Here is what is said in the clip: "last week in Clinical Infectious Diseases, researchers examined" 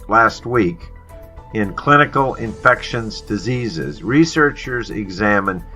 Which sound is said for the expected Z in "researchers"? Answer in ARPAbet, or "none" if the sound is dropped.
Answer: Z